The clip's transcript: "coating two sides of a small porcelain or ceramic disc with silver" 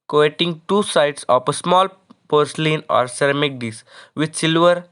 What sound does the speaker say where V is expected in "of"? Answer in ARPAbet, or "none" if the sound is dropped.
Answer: P